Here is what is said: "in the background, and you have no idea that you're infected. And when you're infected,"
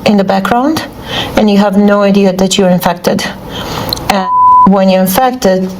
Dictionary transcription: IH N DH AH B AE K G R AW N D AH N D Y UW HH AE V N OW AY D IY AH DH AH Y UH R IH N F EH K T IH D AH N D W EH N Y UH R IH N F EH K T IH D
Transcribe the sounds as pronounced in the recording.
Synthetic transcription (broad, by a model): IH N DH AH B AE K G R AW N D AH N Y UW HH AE V N OW AY D IY AH DH AH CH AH R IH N F EH K T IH D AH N W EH N Y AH R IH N F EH K T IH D